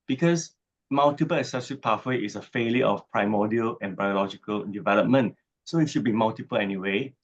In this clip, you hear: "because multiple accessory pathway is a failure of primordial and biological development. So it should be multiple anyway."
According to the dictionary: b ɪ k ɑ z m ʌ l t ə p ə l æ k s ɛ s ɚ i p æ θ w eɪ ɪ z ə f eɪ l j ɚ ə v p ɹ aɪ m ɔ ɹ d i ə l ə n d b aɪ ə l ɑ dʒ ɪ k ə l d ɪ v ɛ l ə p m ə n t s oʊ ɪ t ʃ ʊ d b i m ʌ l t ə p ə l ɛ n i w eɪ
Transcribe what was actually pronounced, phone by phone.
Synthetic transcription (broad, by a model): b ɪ k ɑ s m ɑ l t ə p ə l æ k s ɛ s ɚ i p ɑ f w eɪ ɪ s ə f eɪ l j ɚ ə f p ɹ aɪ m ɔ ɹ d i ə l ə n b aɪ ə l ɑ dʒ ɪ k ə l d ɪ v ɛ l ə p m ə n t s oʊ ɪ t ʃ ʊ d b i m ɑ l t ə p ə l ɛ n i w eɪ